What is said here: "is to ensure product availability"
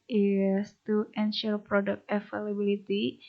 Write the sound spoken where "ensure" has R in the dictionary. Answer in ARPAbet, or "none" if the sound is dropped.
L